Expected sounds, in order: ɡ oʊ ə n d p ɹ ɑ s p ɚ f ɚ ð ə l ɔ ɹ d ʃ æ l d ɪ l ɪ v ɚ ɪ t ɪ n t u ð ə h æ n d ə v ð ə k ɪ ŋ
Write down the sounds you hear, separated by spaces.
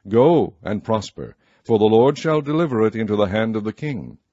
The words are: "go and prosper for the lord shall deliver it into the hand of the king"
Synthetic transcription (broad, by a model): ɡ oʊ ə n p ɹ ɑ s p ɚ f ɚ ð ə l ɔ ɹ d ʃ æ l d ɪ l ɪ v ɚ ɪ t ɪ n t u ð ə h æ n d ə v ð ə k ɪ ŋ